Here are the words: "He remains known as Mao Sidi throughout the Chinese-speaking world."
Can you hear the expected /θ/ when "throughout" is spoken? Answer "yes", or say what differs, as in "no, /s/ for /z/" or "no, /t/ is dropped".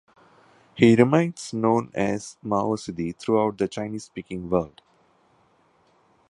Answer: no, /t/ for /θ/